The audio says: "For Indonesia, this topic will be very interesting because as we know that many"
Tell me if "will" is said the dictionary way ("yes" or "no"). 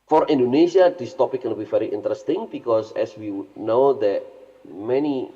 no